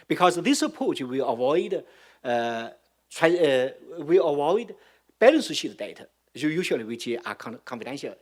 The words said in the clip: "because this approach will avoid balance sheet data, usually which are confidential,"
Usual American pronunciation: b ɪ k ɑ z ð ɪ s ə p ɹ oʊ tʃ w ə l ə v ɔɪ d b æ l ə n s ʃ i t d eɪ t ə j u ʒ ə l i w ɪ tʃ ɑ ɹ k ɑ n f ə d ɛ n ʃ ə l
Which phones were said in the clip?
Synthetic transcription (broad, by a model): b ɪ k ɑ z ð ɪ s ə p ɹ oʊ tʃ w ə w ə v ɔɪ d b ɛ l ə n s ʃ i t d eɪ t ə j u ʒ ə l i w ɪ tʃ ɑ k k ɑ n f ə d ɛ n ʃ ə l